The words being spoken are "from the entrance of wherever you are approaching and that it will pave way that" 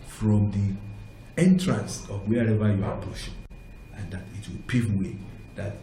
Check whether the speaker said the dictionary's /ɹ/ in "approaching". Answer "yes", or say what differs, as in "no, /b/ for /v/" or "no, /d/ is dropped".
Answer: no, /ɹ/ is dropped